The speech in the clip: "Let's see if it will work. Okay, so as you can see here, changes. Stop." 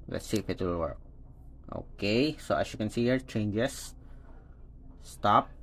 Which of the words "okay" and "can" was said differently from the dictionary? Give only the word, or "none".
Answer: none